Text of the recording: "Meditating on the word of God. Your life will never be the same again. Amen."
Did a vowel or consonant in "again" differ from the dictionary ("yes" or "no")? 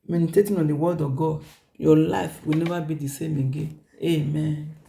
yes